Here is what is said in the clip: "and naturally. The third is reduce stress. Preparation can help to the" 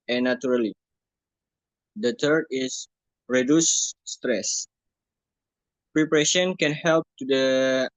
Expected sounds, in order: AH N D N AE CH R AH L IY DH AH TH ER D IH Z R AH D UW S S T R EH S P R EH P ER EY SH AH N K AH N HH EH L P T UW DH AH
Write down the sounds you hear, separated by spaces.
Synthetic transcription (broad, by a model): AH N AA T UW R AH L IY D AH T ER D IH S R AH D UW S S T R EH S P R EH P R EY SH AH N K AH N HH EH L P T UW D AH